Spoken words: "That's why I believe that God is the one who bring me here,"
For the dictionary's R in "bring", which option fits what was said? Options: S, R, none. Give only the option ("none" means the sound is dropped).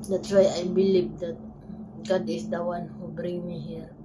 R